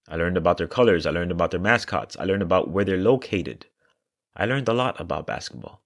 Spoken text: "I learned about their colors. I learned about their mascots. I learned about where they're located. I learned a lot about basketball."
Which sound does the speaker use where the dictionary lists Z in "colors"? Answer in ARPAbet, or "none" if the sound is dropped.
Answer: Z